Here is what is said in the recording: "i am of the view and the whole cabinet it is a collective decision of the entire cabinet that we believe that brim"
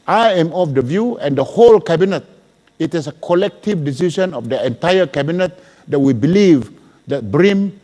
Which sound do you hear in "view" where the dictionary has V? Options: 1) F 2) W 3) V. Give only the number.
3